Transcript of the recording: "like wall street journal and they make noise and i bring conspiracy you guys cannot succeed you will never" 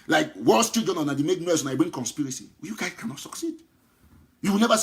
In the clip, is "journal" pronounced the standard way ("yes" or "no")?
no